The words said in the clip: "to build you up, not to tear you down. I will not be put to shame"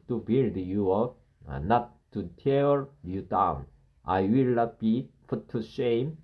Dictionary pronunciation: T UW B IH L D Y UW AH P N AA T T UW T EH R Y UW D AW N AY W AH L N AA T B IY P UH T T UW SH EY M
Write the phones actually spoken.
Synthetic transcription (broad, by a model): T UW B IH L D Y UW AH N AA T T UW T EH R Y UW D AW N AY W AH L N AA T B IY F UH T T UW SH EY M